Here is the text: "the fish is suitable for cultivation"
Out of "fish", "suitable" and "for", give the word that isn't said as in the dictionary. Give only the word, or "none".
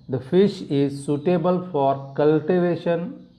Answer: none